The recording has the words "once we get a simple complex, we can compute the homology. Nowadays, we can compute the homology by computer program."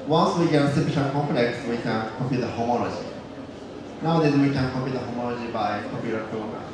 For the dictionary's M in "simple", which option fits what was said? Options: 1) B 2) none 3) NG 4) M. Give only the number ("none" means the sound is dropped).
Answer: 2